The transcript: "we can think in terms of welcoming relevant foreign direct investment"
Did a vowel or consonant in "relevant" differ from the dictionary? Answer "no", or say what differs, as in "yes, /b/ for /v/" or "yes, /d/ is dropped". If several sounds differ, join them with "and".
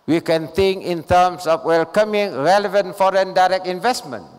no